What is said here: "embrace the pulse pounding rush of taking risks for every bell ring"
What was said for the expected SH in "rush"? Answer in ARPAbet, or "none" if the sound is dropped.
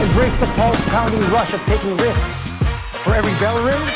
SH